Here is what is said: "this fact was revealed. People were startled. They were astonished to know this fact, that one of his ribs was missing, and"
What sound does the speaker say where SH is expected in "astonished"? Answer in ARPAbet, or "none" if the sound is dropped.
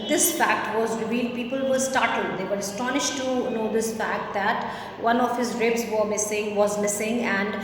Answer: SH